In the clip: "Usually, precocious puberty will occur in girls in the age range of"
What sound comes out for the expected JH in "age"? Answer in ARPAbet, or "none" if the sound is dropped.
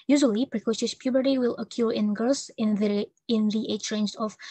CH